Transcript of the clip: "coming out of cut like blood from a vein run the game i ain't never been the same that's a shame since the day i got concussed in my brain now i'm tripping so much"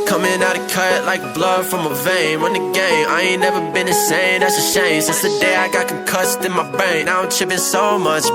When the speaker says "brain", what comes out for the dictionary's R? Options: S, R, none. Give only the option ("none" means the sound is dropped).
none